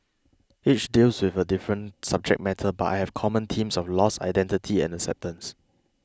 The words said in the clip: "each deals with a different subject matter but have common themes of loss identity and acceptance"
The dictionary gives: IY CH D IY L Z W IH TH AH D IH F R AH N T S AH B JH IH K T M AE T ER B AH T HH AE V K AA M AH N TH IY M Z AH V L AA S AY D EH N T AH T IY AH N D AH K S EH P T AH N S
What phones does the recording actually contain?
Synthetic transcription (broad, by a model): IY CH D IY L S W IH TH AH D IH F R AH N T S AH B JH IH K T M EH T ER B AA T HH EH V K AA M AH N T IY M S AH F L AA S AY D EH N T AH T IY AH N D AH K S EH P T AH N S